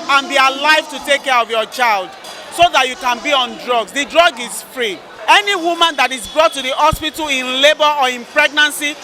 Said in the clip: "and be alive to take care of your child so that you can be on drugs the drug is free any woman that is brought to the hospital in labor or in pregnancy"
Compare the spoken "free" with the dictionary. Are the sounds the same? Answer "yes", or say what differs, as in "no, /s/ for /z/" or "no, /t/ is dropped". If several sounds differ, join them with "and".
yes